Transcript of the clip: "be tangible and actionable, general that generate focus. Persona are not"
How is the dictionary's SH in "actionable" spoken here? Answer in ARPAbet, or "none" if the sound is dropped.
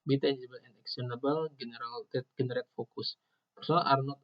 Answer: S